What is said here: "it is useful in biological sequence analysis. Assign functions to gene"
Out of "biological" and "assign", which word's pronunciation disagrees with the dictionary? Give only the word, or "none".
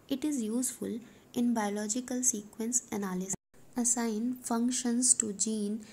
assign